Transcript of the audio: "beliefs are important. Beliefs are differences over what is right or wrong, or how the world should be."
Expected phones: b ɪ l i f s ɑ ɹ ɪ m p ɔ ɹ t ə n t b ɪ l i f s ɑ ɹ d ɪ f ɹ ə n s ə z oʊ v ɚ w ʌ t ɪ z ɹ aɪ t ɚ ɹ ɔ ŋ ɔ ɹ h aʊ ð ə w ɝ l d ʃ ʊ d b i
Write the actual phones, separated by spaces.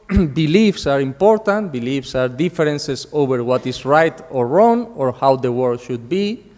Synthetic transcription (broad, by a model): b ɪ l i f s ɑ ɹ ɪ m p ɔ ɹ t ə n t b ɪ l i f s ɑ ɹ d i f ɹ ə n s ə s oʊ b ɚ w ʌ t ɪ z ɹ aɪ t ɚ ɹ ɔ ŋ ɔ ɹ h aʊ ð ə w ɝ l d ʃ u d b i